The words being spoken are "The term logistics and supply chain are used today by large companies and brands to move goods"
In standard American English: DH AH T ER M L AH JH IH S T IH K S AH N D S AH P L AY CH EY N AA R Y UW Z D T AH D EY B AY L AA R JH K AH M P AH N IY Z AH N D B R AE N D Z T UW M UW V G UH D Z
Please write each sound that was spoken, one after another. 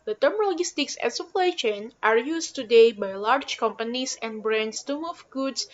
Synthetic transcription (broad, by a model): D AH T ER M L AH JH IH S T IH K S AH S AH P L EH SH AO N AA R Y UW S T AH D EY B AY L AA R JH K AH M P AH N IY S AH N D B R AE N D S T UW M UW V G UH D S